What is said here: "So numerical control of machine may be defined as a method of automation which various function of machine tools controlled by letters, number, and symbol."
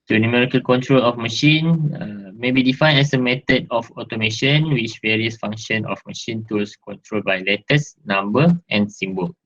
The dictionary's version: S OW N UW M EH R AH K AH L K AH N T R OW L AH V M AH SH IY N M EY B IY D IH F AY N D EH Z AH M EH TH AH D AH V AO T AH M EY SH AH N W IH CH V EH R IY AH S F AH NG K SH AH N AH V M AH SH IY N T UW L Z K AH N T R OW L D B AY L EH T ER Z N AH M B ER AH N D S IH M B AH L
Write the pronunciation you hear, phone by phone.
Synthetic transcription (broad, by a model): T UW N UW M EH R AH K AH L K AH N T R OW L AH F M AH SH IY N M EY B IY D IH F AY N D EH S AH M EH T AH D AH F AO T AH M EY SH AH N W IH CH V EH R IY AH S F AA NG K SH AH N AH F M AH SH IY N T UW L S K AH N T R OW L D B AY L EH T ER S N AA M B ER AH N S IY M B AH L